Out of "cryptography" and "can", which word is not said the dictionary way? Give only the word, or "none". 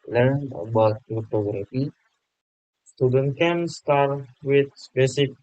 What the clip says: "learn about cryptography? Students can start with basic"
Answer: cryptography